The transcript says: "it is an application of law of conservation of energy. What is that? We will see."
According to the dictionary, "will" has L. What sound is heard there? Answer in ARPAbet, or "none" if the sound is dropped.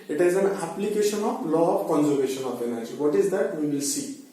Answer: L